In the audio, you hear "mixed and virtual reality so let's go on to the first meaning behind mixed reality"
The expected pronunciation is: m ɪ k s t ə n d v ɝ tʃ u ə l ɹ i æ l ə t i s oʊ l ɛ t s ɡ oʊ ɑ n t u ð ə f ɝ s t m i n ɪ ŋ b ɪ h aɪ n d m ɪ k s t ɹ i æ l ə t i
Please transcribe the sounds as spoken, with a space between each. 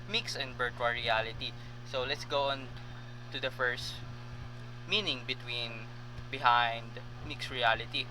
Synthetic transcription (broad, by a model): m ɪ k s ə n d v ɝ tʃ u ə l ɹ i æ l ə t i s oʊ l ɛ t s ɡ oʊ ɑ n t u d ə f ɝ s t m i n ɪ ŋ b ɪ h aɪ n d m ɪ k s ɹ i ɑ l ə t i